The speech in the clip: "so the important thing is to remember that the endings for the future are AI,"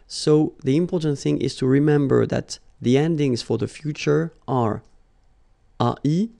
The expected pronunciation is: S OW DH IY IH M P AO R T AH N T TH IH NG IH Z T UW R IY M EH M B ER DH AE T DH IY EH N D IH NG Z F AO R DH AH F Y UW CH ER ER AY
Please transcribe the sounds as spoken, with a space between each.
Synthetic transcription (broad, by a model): S OW DH IY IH M P AO R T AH N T TH IH NG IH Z T UW R IY M EH M B ER DH AE T DH IY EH N D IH NG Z F AO R DH AH F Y UW CH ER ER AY